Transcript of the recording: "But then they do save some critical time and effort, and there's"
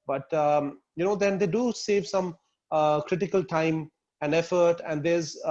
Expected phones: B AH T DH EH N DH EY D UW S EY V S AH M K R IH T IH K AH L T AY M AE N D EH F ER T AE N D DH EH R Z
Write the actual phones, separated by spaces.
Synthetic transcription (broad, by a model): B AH T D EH N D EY D UW S EY V S AH M K R IH T IH K AH L T AY M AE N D EH F ER T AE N D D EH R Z